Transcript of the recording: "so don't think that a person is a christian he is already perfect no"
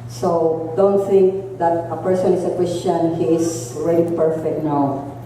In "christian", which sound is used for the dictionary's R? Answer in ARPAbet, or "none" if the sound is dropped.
W